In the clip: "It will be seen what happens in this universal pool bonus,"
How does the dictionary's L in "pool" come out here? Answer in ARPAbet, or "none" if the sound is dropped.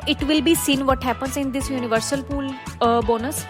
L